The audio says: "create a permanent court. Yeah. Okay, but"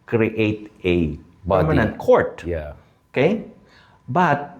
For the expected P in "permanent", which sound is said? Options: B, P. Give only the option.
B